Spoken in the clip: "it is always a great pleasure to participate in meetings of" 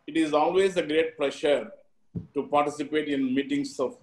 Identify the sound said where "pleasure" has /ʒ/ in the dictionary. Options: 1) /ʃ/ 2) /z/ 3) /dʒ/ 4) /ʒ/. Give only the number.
1